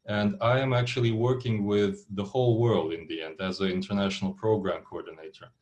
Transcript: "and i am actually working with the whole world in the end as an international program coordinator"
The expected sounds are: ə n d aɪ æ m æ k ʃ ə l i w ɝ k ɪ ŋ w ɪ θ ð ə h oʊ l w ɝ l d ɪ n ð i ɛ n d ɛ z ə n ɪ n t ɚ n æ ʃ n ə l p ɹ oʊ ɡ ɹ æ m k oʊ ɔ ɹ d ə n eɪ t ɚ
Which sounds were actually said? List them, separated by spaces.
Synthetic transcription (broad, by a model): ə n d aɪ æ m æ k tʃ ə l i w ɝ k ɪ ŋ w ɪ ð ə h oʊ l w ɝ l d ɪ n ð i ɛ n d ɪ z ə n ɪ n t ɚ n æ ʃ n l p ɹ oʊ ɡ ɹ æ m k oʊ ɔ ɹ d n eɪ t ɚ